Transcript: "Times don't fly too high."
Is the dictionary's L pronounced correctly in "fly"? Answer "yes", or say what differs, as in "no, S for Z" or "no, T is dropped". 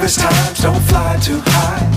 yes